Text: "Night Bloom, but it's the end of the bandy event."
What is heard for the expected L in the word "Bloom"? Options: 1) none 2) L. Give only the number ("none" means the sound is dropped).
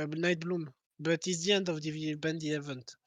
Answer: 2